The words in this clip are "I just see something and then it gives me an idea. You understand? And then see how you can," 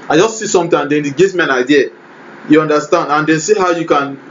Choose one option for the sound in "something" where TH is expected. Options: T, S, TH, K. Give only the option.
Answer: T